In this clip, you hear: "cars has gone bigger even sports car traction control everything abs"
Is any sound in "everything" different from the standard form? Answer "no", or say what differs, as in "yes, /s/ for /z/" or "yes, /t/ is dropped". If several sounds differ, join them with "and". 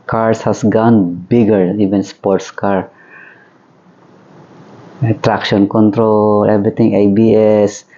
yes, /t/ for /θ/